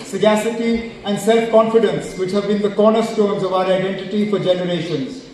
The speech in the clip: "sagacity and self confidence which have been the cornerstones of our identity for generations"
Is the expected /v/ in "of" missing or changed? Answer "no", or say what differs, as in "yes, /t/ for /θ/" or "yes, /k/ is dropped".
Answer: no